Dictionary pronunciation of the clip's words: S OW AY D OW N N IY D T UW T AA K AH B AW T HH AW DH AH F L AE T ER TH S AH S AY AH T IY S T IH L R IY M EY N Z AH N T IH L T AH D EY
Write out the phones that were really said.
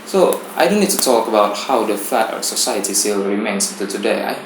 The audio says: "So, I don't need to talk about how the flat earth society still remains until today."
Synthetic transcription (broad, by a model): S OW AY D OW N N IY D T UW T AA K AH B AW T HH AW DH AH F AE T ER S AH S AY AH T IY S T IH L R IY M EY N S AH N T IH T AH D EY